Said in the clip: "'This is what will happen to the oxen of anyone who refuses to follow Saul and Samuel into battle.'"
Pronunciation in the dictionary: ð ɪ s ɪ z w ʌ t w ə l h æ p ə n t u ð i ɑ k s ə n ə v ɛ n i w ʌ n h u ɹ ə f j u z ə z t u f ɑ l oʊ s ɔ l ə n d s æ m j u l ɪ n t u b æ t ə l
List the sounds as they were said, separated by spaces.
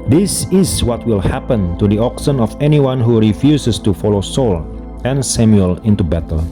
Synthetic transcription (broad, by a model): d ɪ s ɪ s w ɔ t w ə l h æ p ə n t u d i ɑ k s ə n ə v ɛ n i w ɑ n h u ɹ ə f j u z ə s t u f ɑ l oʊ s ɔ l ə n s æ m j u l ɪ n t u b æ t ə l